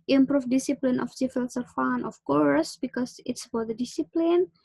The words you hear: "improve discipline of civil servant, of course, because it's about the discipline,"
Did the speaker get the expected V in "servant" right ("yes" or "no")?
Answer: no